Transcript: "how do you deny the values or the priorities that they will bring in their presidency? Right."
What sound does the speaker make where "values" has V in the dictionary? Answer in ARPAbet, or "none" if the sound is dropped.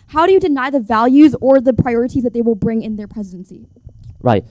V